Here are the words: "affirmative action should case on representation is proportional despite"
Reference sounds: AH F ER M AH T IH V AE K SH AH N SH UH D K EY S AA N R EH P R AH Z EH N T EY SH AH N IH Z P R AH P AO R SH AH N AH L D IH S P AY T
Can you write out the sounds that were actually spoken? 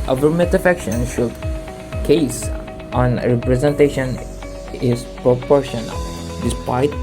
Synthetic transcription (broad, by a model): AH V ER M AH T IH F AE K SH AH N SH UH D K EY S AA N R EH P R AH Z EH N T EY SH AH N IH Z P R AH P AO R SH AH N AH L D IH S P AY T